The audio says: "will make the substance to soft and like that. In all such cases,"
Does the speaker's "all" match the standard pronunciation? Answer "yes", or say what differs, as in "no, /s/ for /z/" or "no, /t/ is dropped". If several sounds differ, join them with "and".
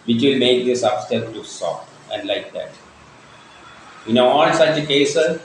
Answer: no, /n/ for /l/